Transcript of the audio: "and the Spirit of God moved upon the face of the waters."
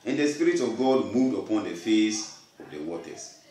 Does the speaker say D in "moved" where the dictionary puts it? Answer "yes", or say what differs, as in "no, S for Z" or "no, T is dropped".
yes